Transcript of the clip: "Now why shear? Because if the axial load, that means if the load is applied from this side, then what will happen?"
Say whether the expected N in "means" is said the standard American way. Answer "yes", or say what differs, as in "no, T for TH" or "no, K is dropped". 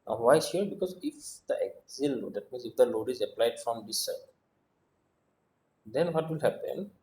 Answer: yes